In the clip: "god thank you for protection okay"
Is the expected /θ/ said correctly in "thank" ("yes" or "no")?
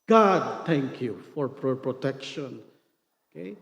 no